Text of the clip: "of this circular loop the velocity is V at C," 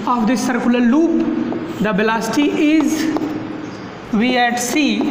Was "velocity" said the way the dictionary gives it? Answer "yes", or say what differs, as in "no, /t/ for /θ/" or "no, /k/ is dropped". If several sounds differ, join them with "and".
no, /b/ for /v/